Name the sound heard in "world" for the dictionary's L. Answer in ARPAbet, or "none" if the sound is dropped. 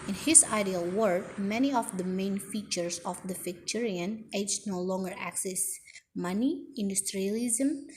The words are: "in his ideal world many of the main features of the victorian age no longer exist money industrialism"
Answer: none